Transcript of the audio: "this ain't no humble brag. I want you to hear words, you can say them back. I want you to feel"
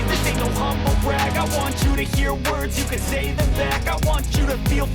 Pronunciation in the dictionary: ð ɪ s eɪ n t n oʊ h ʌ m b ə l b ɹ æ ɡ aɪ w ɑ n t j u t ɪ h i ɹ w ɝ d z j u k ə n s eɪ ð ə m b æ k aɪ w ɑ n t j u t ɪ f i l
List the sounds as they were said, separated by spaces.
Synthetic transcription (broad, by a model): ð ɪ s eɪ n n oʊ h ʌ m b l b ɹ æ ɡ aɪ w ɑ n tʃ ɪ t ɪ h i ɹ w ɝ d z j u k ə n s eɪ ð ə m b æ k aɪ w ɑ n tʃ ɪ t ɪ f i l